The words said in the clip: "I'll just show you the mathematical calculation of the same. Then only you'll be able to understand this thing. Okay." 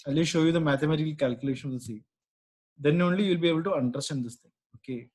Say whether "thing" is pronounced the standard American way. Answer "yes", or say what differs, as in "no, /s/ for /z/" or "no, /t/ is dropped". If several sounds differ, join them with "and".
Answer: no, /t/ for /θ/